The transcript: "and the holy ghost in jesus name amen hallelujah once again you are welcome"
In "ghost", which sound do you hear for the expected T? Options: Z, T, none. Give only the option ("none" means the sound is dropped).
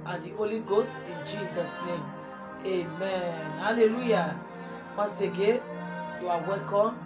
T